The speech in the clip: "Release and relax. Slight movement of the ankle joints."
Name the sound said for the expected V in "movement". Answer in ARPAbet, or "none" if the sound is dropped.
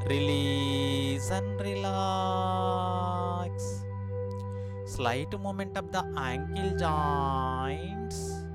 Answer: none